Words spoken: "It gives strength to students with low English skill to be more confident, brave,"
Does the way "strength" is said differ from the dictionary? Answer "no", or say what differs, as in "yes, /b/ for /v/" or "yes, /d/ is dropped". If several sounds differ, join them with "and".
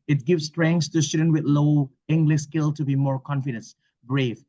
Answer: yes, /s/ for /θ/